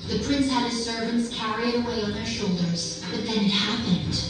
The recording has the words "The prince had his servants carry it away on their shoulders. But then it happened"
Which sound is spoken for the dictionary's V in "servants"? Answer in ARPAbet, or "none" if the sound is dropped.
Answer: V